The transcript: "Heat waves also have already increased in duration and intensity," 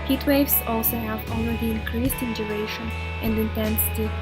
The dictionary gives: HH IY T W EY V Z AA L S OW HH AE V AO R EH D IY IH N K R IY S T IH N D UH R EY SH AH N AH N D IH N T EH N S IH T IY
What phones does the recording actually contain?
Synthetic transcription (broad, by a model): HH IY T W EY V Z AA L S OW HH AE V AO L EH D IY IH N K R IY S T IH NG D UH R EY SH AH N AH N D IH N T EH N S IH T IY